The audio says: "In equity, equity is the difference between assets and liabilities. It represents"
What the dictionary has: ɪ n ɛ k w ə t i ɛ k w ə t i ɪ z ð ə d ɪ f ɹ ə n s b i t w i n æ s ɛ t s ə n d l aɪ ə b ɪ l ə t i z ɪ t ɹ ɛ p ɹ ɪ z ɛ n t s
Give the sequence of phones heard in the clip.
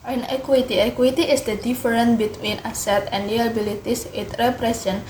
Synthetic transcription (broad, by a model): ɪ n ɛ k w ə t i ɛ k w ə t i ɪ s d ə d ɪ f ɹ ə n b i t w i n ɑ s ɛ t ə n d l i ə b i l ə t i s ɪ t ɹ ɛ p ɹ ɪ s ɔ n